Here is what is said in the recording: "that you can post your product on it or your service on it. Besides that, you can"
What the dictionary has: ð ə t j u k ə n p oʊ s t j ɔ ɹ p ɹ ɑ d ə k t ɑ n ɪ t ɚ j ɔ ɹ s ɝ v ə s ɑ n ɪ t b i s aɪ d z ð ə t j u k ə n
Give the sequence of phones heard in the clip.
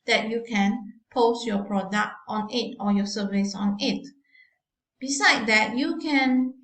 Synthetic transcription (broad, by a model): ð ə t j u k ə n p oʊ s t j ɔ p ɹ ɑ d ə k t ɑ n ɪ t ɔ j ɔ s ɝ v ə s ɑ n ɪ t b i s aɪ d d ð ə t j u k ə n